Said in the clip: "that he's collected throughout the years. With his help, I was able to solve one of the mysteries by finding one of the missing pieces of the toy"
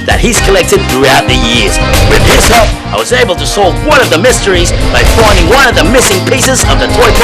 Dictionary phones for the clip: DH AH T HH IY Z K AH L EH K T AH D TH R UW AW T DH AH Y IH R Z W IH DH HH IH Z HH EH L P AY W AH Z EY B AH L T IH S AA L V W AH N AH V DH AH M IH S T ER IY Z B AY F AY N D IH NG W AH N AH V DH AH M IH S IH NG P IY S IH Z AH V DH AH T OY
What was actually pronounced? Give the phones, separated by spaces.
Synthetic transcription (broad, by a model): DH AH T HH IY Z K AH L EH K T AH D TH R UW AW T DH AH Y IH R Z W IH DH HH IH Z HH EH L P AY W AH Z EY B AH L T IH S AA L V W AH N AH V DH AH M IH S T ER IY Z B AY F AY N D IH NG W AH N AH V DH AH M IH S IH NG P IY S IH Z AH V DH AH T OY